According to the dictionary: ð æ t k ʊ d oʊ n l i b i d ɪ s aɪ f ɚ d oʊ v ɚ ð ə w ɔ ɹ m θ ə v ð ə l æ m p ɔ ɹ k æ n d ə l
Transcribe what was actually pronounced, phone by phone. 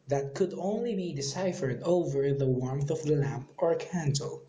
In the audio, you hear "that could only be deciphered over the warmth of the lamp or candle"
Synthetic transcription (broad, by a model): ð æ t k ʊ d oʊ n l i b i d ɪ s aɪ f ɚ d oʊ v ɚ ð ə w ɔ ɹ m θ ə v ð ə l æ m p ɔ ɹ k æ n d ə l